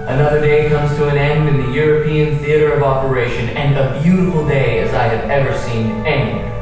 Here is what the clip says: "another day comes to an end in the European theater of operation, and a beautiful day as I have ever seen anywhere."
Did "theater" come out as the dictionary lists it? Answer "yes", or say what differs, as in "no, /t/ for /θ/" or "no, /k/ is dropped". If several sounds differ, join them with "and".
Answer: yes